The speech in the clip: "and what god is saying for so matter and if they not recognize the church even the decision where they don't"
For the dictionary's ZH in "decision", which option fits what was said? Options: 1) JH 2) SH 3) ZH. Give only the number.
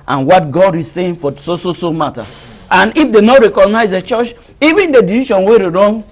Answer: 2